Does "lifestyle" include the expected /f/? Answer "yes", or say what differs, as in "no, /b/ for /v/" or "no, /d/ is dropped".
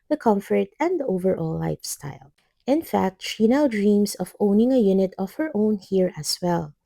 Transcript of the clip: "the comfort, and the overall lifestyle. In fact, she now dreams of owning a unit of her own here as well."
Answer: yes